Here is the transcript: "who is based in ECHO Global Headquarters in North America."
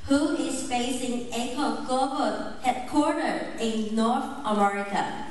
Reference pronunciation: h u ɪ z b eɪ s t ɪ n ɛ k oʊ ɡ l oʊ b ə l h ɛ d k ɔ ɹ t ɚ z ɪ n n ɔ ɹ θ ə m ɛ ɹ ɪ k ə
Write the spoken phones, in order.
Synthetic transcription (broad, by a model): h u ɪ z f eɪ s ɪ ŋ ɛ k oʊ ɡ oʊ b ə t h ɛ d k ɔ ɹ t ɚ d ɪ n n ɔ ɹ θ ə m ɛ ɹ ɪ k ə